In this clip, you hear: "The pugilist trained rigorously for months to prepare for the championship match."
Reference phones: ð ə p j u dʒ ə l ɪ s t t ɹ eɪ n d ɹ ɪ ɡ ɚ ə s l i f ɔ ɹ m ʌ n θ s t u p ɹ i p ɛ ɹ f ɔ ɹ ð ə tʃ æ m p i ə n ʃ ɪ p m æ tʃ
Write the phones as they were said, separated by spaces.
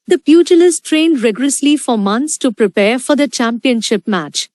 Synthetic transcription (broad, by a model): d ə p j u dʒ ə l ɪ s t t ɹ eɪ n d ɹ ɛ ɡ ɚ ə s l i f ɔ ɹ m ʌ n t s t u p ɹ i p ɛ ɹ f ɔ ɹ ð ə tʃ æ m p i ə n ʃ ɪ p m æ tʃ